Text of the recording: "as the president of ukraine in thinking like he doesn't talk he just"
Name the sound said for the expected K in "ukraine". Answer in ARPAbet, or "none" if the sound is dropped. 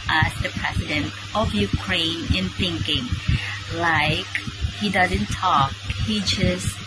K